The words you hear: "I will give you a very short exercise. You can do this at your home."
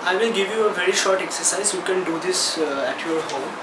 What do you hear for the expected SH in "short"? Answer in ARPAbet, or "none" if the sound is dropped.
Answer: SH